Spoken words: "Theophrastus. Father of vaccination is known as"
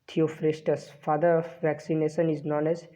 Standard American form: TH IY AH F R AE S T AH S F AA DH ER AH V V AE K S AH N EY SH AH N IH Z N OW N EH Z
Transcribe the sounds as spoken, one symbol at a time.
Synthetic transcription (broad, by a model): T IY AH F R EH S T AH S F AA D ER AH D V AE K S AH N EY SH AH N IH Z N OW N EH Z